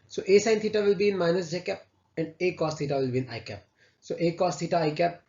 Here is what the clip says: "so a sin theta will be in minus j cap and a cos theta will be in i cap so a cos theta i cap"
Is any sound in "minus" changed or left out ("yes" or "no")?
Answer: no